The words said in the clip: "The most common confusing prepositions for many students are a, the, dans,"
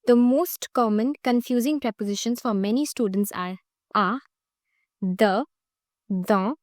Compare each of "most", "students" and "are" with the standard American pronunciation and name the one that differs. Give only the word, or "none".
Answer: none